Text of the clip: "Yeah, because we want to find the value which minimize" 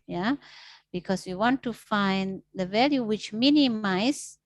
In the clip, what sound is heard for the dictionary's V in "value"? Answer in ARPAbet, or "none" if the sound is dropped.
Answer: V